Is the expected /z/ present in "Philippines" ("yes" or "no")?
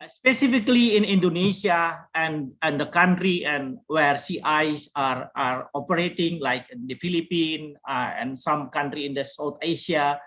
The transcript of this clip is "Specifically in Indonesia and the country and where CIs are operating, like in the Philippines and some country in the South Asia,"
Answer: no